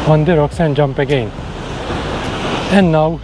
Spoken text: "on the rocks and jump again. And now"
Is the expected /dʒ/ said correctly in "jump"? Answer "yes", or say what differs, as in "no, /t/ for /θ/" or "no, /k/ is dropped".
yes